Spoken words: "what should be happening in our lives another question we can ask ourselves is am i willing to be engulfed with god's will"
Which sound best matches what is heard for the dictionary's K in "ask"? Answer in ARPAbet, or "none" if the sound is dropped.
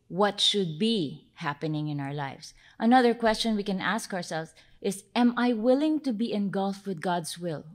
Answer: K